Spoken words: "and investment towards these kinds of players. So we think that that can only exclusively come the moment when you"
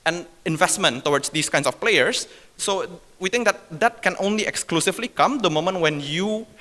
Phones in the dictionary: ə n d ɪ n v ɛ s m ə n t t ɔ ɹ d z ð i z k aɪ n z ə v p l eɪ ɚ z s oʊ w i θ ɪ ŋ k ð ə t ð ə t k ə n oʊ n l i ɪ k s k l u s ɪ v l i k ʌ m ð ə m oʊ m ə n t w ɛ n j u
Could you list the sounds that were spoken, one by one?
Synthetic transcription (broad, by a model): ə n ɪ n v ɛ s m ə n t t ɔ w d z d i s k aɪ n s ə f p l eɪ ɚ s oʊ w i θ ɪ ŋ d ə t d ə t k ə n oʊ n l i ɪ k s k l u s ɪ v l i k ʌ m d ə m oʊ m ə n t w ɛ n j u